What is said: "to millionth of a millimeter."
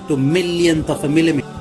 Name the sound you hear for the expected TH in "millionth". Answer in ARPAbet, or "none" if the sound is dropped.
T